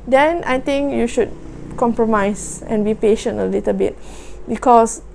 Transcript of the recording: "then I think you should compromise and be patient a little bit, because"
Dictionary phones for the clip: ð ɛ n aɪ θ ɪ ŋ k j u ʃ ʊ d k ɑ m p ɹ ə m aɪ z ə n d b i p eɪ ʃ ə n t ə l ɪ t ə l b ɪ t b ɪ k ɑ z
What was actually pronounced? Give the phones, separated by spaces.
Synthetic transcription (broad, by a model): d ɛ n aɪ t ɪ ŋ k j u ʃ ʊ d k ɑ m p ɹ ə m aɪ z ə n b i p eɪ ʃ ə n t ə l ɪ t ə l b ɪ t b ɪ k ɑ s